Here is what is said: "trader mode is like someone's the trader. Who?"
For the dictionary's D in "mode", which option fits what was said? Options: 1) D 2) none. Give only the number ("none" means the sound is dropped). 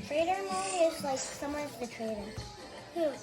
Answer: 2